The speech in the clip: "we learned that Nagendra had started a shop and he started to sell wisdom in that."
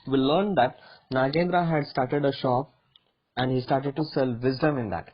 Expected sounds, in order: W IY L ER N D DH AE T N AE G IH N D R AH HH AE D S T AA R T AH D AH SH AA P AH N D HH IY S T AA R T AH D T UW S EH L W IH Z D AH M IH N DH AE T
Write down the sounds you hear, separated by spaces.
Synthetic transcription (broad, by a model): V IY L ER N D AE T N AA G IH N D R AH HH AE D S T AA R T AH D AH SH AA P AH N D HH IY S T AA R T AH D T UW S EH L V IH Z D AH M IH N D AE T